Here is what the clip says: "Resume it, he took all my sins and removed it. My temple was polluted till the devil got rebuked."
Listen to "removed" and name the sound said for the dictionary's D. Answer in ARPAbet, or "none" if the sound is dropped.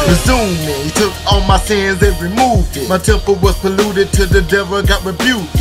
D